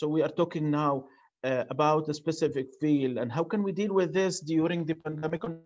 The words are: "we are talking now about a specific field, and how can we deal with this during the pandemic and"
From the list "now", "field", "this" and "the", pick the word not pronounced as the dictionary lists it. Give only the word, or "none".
field